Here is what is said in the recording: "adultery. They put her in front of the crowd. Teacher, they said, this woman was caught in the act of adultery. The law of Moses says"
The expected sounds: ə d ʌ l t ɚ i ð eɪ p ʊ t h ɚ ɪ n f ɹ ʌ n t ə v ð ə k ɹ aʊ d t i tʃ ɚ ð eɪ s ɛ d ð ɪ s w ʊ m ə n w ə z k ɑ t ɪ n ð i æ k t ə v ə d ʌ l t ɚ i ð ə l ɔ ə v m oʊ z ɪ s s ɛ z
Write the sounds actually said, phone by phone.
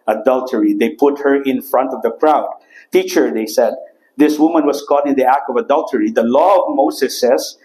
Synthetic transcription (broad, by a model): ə d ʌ l t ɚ i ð eɪ p ʊ t h ɚ ɪ n f ɹ ʌ n t ə v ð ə k ɹ aʊ d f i tʃ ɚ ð eɪ s ɛ d ð ɪ s w ʊ m ə n w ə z k ɑ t ɪ n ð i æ k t ə v ə d ʌ l t ɚ i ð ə l ɔ ə v m oʊ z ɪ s s ɛ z